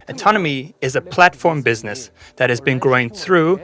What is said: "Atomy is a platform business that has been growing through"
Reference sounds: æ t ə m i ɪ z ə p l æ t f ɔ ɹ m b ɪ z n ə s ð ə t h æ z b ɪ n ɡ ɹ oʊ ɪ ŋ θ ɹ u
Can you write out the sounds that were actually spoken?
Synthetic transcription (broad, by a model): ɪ t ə m i ɪ z ə p l æ t f ɔ ɹ m b ɪ z n ə s ð ə t h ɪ z b ɪ n ɡ ɹ oʊ ɪ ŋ θ ɹ u